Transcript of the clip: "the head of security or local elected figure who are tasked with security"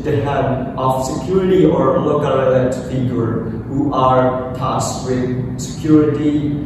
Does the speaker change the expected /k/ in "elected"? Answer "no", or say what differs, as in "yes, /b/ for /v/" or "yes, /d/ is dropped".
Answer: yes, /k/ is dropped